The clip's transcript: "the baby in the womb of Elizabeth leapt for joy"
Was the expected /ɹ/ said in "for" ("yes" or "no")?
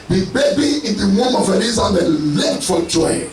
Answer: no